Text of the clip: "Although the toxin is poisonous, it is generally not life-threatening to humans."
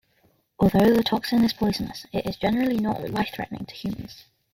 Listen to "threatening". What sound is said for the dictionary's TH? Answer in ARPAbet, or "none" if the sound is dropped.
TH